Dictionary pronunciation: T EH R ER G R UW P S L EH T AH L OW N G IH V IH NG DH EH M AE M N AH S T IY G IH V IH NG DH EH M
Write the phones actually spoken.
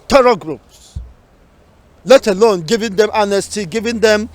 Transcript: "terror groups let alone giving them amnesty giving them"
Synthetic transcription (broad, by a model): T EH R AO G R UW P S L EH T AH L OW N G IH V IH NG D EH M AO N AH S T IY G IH V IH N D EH M